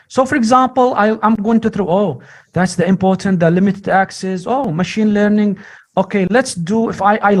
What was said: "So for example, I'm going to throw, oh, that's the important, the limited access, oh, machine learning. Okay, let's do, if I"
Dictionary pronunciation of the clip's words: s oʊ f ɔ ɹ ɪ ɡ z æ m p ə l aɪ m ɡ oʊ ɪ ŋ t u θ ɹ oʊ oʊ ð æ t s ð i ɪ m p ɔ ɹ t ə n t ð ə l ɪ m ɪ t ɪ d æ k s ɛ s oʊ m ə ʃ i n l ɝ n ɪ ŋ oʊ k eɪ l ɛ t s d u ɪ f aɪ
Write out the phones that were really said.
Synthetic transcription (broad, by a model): s oʊ f ɔ ɹ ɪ ɡ z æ m p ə l aɪ m ɡ oʊ ɪ ŋ t u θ ɹ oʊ oʊ ð æ t s ð i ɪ m p ɔ ɹ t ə n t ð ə l ɪ m ɪ t ɪ d æ k s ɛ s oʊ m ə ʃ i n l ɝ n ɪ ŋ oʊ k eɪ l ɛ t s d u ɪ f aɪ